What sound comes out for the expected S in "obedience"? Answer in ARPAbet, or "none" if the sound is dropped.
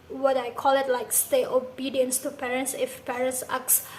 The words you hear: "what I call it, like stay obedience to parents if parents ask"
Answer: S